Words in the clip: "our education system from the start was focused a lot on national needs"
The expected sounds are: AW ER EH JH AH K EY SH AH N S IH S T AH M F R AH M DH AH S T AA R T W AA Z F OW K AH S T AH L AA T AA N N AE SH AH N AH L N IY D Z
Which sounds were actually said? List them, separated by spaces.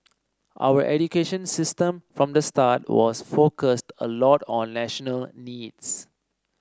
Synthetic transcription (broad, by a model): AW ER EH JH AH K EY SH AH N S IH S T AH M F R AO M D AH S T AA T W AA S F OW K AH S T AH L AA T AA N N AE SH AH N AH L N IY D S